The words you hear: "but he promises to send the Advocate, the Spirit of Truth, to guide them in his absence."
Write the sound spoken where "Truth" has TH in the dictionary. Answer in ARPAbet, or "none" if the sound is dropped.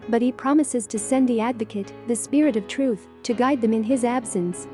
TH